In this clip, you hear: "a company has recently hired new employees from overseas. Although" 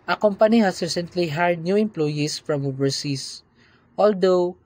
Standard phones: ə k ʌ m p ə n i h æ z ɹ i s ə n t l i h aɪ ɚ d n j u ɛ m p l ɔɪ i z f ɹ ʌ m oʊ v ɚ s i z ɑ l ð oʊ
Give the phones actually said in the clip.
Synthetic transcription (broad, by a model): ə k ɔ m p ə n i h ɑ s ɹ i s ə n t l i h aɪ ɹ d n j u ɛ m p l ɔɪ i s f ɹ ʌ m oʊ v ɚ s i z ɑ l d oʊ